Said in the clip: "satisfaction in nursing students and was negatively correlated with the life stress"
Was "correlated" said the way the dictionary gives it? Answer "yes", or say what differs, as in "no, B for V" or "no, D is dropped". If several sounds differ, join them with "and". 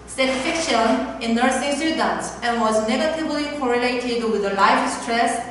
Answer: yes